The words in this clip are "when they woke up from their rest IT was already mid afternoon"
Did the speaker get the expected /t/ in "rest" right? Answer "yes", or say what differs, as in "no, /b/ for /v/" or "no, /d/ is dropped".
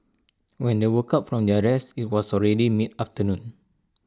no, /t/ is dropped